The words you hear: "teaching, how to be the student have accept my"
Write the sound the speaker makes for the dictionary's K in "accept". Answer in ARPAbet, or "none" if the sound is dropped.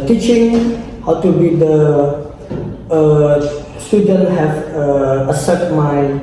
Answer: none